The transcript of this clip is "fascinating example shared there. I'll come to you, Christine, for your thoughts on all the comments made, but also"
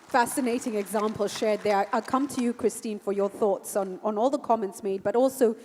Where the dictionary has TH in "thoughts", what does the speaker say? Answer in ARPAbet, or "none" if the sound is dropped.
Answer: TH